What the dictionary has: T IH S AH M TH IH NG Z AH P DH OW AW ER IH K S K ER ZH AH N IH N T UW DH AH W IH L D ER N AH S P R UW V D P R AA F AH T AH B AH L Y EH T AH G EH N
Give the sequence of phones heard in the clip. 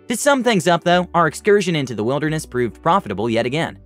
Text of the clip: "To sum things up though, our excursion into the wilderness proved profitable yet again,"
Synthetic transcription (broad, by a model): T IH S AH M TH IH NG Z AH P DH OW AW ER IH K S K ER ZH AH N IH N T UW DH AH W IH L D ER N AH S P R UW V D P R AA F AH T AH B L Y EH T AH G EH N